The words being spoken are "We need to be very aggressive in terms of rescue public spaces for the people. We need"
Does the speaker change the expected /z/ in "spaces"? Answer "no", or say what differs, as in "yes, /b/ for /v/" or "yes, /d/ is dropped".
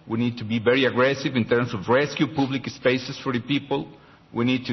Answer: yes, /s/ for /z/